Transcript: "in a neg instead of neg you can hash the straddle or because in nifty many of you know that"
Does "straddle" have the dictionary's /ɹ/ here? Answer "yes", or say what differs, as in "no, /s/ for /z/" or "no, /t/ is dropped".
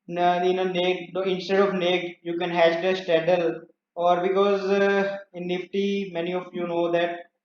no, /ɹ/ is dropped